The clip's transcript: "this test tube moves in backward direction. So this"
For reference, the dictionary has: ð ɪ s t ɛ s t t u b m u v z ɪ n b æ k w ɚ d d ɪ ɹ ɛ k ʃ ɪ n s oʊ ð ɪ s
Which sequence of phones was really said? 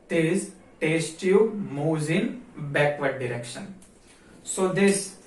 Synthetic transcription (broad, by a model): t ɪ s t ɛ s t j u m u z ɪ n b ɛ k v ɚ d d ɪ ɹ ɛ k ʃ ɪ n s oʊ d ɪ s